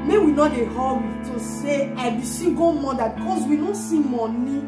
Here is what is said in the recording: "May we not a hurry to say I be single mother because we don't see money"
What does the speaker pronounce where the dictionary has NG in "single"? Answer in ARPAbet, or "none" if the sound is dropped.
none